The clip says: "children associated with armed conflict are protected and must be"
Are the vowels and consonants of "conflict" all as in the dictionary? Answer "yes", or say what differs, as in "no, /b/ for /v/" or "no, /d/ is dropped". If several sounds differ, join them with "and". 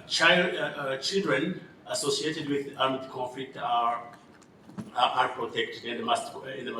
no, /n/ is dropped and /l/ is dropped and /k/ is dropped